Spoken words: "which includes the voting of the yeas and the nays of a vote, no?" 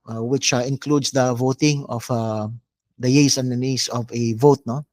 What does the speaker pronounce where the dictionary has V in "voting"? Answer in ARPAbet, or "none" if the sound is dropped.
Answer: V